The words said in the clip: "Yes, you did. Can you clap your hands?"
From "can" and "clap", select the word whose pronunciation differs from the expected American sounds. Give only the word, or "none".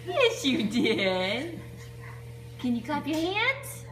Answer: clap